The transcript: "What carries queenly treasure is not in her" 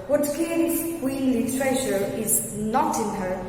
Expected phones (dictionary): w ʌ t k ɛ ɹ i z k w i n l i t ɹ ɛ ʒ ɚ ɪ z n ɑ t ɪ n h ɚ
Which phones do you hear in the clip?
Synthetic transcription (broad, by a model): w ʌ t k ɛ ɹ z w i l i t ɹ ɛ ʃ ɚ ɪ z n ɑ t ɪ n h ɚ